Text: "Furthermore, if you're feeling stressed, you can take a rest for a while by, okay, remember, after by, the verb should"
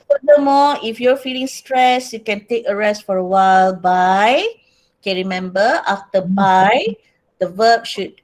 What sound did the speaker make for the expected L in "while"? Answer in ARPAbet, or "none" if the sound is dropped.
L